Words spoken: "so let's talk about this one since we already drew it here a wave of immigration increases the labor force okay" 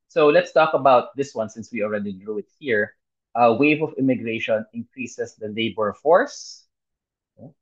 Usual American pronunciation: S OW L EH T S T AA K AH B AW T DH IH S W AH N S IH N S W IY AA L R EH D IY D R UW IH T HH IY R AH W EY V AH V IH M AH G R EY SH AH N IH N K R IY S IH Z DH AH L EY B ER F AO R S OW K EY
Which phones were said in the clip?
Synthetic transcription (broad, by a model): S OW L EH T S T AA K AH B AW T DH IH S W AH N S IH N S W IY AA L R EH D IY D R UW IH T HH IY R AH W EY V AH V IH M AH G R EY SH AH N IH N K R IY S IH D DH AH L EY B ER F AO R S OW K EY